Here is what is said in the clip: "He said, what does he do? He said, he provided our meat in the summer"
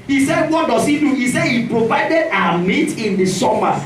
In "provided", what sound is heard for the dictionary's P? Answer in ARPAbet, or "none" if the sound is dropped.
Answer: P